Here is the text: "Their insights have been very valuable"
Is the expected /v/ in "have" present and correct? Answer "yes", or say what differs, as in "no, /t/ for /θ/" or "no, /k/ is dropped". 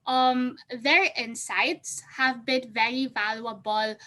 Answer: yes